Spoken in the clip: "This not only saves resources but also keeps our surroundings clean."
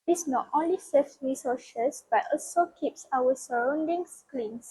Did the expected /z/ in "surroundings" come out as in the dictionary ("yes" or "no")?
no